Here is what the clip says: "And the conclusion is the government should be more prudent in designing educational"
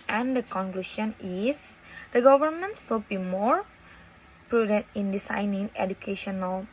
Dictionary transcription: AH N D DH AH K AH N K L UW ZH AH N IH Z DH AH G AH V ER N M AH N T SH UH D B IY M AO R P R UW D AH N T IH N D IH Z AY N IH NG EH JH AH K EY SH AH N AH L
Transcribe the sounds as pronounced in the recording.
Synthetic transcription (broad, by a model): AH N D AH K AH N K L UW SH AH N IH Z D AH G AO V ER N M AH N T S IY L B IY M AO R P R UW D AH N T IH N D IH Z AY N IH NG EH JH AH K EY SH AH N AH L